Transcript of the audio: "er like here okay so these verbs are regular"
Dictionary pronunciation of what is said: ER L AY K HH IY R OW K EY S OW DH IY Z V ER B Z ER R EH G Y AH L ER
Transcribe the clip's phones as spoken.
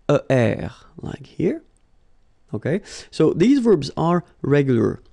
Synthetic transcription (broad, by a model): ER L AY K HH IY R OW K EY S OW DH IY Z V ER B Z ER R EH G Y L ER